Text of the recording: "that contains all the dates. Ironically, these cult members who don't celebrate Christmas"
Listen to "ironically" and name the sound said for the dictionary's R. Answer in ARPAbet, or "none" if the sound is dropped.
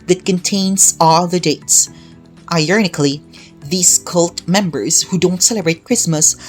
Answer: none